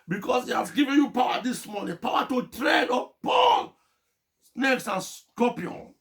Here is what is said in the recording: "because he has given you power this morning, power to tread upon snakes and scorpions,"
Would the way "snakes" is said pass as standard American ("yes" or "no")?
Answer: yes